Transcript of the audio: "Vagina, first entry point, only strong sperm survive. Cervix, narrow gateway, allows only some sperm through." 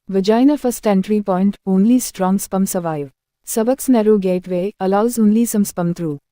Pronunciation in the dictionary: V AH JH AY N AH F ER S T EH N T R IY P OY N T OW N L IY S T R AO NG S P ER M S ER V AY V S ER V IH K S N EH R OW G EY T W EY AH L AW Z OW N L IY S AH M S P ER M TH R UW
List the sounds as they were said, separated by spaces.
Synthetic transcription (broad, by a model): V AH JH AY N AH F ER S T EH N T R IY P OY N T OW N L IY S T R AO NG S P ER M S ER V AY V S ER B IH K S N EH R OW G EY T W EY AH L AW Z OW N L IY S AH M S P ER M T R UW